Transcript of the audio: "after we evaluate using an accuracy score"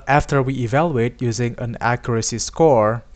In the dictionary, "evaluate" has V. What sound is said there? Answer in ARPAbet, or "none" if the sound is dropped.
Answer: V